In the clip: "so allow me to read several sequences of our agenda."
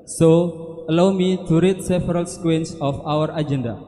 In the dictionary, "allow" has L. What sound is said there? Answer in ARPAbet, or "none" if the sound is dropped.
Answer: L